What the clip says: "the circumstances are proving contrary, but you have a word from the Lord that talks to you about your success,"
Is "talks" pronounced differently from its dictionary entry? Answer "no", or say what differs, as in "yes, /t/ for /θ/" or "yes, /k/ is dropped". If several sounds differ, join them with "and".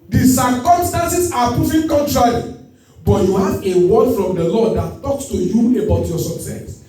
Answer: no